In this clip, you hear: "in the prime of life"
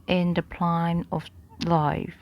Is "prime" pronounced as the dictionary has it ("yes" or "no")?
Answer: no